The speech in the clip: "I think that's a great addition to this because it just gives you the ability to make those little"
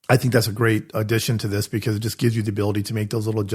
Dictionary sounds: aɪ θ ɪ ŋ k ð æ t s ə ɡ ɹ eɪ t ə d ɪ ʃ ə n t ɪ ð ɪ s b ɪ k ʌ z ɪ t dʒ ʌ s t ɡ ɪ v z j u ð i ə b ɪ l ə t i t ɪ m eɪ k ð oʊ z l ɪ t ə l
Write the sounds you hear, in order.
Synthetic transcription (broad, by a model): aɪ θ ɪ ŋ k ð æ t s ə ɡ ɹ eɪ t ə d ɪ ʃ ə n t ɪ ð ɪ s b ɪ k ʌ z ɪ t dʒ ʌ s ɡ ɪ v z j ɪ ð i ə b ɪ l ə t i t ɪ m eɪ k ð oʊ z l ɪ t l